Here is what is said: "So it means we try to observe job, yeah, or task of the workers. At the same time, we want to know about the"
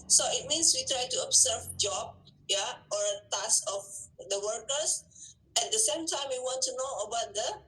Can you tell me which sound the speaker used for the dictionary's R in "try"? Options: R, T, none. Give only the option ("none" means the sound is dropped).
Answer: R